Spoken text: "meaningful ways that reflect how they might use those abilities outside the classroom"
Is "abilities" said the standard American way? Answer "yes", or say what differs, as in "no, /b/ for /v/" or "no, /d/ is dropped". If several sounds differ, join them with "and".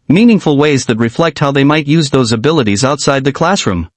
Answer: yes